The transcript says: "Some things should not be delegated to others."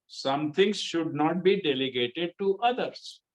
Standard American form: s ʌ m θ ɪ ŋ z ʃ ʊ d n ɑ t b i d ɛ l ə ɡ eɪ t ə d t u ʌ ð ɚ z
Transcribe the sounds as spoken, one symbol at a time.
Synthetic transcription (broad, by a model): s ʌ m t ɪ ŋ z ʃ ʊ d n ɑ t b i d ɛ l ə ɡ eɪ t ə d t u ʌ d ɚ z